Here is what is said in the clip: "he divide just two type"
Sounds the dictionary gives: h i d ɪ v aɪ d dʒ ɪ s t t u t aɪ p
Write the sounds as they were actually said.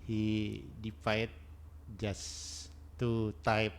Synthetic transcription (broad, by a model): h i d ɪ f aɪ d dʒ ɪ s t t u t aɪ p